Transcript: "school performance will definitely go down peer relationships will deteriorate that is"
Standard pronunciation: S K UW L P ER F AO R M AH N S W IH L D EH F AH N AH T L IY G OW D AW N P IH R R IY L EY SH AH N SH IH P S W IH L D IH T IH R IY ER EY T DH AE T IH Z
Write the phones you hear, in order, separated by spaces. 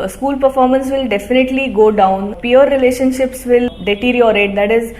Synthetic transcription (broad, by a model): S K UW L P ER F AO R M AH N S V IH L D EH F AH N AH T L IY G OW D AW N P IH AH R IY L EY SH AH N SH IH P S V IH L D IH T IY R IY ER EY T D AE T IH Z